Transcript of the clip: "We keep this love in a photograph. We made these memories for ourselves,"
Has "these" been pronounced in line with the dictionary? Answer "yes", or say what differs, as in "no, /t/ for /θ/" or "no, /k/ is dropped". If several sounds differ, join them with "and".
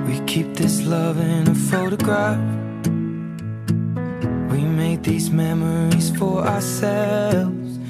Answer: yes